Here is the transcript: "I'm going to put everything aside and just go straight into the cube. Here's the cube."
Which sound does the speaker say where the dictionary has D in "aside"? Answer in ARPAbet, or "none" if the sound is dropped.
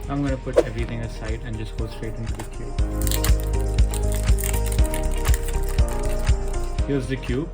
D